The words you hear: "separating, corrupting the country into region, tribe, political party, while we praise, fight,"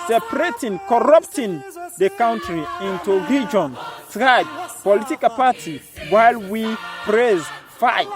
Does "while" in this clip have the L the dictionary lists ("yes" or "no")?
yes